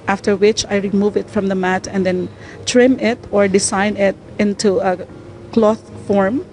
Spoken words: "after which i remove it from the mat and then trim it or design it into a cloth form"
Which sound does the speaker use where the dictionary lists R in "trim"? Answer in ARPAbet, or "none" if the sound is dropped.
R